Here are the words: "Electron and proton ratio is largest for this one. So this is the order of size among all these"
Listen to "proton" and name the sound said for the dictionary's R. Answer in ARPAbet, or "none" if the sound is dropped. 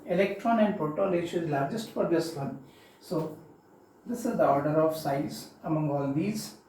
none